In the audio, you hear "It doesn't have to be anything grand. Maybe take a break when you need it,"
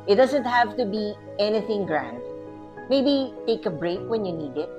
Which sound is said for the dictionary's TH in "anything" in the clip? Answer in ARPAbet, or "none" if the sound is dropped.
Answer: TH